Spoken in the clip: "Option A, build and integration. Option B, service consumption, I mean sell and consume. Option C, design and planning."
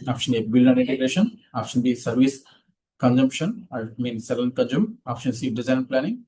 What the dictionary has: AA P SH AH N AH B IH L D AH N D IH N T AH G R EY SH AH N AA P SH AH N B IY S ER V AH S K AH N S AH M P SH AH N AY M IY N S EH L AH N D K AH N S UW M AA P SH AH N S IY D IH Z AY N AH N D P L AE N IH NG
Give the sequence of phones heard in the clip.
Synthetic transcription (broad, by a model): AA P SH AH N AH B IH L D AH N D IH N T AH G R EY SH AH N AA P SH AH N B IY S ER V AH S K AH N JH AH M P SH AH N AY M IY N S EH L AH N K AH N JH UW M AA P SH AH N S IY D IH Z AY AH N P L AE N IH NG